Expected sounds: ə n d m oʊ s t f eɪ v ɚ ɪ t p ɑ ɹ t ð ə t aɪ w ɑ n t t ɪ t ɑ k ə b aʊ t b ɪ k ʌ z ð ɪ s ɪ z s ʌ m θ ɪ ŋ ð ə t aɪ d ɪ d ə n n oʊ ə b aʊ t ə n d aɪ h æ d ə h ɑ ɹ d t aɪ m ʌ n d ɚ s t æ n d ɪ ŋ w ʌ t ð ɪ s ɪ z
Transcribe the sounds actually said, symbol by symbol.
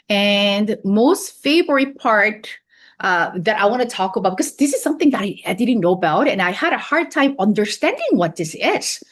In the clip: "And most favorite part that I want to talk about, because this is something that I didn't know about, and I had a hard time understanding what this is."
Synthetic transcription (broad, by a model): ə n m oʊ s t f eɪ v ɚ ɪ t p ɑ ɹ t ð ə t aɪ w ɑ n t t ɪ t ɑ k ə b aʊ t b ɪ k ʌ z ð ɪ s ɪ z s ʌ m θ ɪ ŋ ð ə t aɪ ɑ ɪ d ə n n oʊ ə b aʊ t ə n aɪ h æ d ə h ɑ ɹ d t aɪ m ʌ n d ɚ s t æ n d ɪ ŋ w ʌ t ð ɪ s ɪ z